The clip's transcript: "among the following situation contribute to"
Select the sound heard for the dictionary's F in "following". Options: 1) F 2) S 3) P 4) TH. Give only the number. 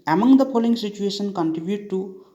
3